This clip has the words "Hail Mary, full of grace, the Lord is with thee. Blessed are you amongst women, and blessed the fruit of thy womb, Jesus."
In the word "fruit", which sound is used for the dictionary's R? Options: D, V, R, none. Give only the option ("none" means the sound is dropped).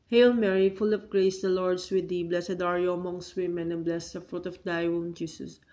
R